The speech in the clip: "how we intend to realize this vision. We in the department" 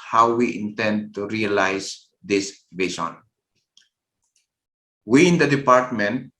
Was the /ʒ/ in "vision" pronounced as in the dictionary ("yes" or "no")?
no